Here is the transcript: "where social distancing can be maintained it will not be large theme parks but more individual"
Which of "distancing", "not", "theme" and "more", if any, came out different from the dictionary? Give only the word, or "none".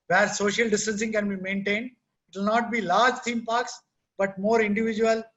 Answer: theme